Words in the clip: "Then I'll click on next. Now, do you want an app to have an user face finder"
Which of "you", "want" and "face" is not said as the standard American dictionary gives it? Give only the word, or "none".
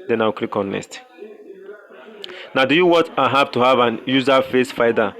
want